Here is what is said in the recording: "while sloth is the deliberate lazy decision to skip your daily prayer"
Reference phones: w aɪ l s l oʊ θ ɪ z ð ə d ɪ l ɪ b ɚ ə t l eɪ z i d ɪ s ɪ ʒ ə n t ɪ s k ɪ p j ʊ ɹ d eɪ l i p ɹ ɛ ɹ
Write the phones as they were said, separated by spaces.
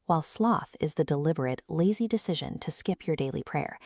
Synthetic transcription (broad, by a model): w aɪ l s l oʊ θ ɪ z ð ə d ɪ l ɪ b ɚ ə t l eɪ z i d ɪ s ɪ ʒ ə n t ɪ s k ɪ p j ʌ ɹ d eɪ l i p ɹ ɛ ɹ